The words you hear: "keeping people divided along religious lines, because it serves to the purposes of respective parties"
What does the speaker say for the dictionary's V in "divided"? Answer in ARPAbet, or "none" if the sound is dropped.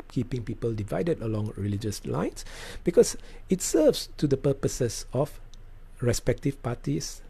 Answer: V